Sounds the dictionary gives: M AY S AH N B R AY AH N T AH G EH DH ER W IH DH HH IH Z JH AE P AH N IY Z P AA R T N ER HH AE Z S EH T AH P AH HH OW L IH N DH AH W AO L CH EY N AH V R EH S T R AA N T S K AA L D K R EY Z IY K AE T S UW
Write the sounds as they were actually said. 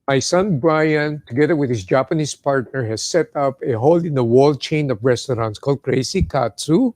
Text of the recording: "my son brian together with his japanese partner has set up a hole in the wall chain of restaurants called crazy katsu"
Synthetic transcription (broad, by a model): M AY S AH N B R AY AH N T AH G EH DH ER W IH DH HH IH S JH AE P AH N IY S P AA R T N ER HH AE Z S EH T AH P AH HH OW L IH N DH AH W AO L CH EY N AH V R EH S T R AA N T S K AA L D K R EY S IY K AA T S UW